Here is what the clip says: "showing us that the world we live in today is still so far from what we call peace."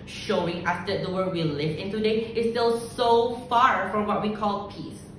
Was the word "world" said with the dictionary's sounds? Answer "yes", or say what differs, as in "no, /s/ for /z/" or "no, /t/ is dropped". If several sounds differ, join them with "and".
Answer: no, /l/ is dropped